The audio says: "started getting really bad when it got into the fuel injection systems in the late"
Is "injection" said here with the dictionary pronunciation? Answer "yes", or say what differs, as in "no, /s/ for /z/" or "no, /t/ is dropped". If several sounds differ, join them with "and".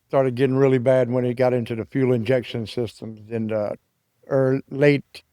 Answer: yes